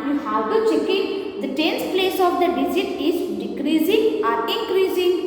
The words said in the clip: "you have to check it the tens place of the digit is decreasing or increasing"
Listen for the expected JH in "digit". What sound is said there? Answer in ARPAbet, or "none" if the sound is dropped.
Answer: Z